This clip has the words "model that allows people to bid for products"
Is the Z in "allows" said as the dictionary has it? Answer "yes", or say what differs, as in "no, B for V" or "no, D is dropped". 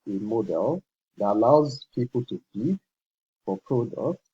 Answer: yes